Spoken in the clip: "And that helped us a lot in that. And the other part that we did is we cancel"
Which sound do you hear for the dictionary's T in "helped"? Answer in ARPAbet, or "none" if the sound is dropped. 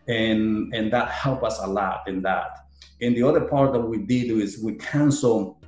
none